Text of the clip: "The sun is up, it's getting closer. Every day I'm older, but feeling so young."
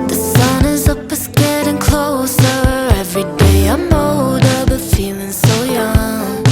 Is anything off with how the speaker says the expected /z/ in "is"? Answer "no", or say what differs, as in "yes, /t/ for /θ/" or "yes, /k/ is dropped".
no